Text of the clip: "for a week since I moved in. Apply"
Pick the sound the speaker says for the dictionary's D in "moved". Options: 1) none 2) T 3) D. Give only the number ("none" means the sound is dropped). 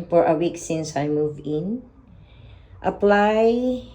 1